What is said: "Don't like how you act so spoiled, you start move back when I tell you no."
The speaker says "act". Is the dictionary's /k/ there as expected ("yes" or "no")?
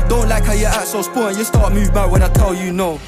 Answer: no